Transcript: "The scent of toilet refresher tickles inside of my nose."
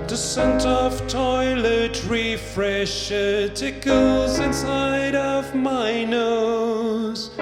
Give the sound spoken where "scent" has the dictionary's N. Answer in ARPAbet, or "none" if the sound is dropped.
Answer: N